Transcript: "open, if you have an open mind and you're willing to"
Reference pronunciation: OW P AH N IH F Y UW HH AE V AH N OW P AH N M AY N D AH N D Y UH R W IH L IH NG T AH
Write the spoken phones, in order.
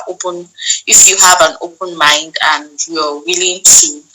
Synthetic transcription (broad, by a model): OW P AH N IH F Y UW HH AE V AH N OW P AH N M AY N D AH N D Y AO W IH L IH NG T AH